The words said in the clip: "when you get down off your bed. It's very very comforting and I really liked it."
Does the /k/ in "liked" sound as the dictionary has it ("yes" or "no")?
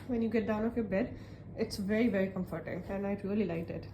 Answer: no